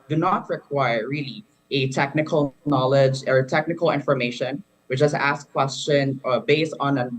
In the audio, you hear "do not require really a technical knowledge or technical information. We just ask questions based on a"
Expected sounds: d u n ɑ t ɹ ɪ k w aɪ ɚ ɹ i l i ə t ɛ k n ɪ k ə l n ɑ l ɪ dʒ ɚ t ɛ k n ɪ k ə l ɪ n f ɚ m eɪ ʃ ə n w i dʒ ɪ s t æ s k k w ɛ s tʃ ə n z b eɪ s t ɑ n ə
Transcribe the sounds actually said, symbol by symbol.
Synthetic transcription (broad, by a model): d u n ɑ t ɹ ɪ k w aɪ ɚ ɹ i l i ə t ɛ k n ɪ k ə l n ɑ l ɪ dʒ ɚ t ɛ k n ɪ k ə l ɪ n f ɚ m eɪ ʃ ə n w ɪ tʃ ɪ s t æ s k k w ɛ s tʃ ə n b eɪ s t n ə